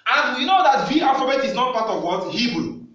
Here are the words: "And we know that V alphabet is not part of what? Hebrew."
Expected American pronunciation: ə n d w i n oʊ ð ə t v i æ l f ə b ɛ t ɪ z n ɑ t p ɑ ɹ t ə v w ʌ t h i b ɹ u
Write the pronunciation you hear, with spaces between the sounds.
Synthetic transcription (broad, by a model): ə n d w i n oʊ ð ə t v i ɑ f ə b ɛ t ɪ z n ɑ t p ɑ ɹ t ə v w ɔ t h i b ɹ